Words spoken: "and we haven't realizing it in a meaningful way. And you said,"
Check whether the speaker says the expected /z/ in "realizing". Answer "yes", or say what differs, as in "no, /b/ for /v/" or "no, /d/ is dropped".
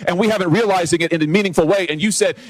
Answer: yes